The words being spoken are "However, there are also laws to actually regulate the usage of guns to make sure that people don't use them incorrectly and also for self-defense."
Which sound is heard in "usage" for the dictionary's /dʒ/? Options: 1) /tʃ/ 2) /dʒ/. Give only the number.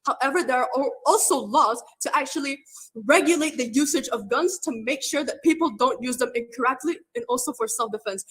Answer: 2